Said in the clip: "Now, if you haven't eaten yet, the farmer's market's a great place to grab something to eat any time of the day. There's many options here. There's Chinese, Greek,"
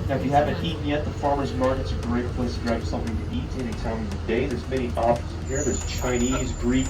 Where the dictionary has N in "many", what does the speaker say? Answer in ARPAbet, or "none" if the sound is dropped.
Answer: none